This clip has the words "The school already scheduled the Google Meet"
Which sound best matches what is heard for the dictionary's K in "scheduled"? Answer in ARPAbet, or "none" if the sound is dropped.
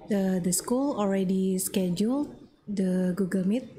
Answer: K